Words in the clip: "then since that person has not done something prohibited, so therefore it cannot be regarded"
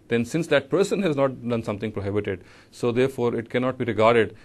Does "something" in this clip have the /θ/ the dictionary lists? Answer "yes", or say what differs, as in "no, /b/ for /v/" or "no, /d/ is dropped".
no, /t/ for /θ/